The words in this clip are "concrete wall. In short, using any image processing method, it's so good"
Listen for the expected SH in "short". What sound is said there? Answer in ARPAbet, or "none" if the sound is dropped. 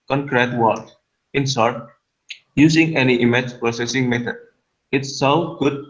S